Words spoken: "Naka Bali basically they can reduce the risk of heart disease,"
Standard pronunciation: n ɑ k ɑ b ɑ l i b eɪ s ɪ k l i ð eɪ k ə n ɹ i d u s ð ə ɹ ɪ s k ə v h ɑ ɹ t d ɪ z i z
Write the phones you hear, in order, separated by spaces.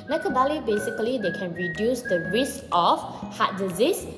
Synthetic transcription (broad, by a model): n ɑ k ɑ b ɑ l i b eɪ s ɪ k l i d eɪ k ə n ɹ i d u s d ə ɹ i s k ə f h ɑ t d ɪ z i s